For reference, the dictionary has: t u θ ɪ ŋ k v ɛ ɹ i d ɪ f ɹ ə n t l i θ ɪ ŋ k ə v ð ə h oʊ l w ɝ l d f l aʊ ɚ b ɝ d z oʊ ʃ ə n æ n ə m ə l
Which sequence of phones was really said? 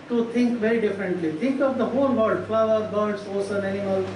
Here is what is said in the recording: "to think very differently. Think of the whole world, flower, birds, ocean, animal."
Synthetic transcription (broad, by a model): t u t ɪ ŋ k v ɛ ɹ i d ɪ f ɹ ə n t l i t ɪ ŋ k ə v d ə h oʊ l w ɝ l d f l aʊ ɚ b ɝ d s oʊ s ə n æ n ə m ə l